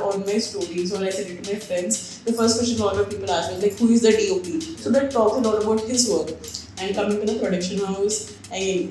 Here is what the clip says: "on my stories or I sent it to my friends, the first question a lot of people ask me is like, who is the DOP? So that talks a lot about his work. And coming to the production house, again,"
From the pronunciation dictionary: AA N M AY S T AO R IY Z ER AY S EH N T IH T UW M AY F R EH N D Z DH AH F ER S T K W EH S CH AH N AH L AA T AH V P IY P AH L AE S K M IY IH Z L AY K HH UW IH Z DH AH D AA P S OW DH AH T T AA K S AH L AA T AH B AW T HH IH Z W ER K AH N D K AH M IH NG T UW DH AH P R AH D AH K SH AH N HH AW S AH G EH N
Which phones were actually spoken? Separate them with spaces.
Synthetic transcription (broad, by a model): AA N M AY S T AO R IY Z ER AY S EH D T IH T UW M AY F R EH N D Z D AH F ER S T K W EH S CH AH N AH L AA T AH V P IY P AH L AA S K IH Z L AY K HH UW IH Z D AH D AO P S OW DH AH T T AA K AH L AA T AH B AW T HH IH Z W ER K AH N D K AH M IH NG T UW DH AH P R AH D AH K SH AH N HH AW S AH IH